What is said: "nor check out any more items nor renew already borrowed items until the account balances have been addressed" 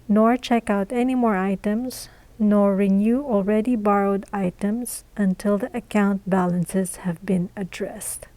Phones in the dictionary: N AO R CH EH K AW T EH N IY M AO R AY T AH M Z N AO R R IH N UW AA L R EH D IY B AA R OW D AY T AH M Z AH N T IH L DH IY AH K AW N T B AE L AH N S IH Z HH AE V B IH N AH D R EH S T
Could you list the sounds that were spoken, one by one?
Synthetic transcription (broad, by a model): N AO R CH EH K AW T EH N IY M AO R AY T AH M Z N AO R R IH N UW AA L R EH D IY B AA R OW D AY T AH M Z AH N T IH L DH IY AH K AW N T B AE L AH N S IH Z HH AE V B IH N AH D R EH S T